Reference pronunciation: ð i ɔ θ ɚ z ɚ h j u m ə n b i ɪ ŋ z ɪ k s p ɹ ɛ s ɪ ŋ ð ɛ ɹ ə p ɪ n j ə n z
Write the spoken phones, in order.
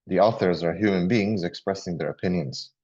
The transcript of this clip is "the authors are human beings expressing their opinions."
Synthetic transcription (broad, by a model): ð i ɔ θ ɚ z ɚ h j u m ə n b i ɪ ŋ z ɪ k s p ɹ ɛ s ɪ ŋ ð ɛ ɹ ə p ɪ n j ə n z